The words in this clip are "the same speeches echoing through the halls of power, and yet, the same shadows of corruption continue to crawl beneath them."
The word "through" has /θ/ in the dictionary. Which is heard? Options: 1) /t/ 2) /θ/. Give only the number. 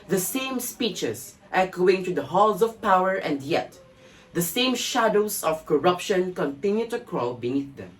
1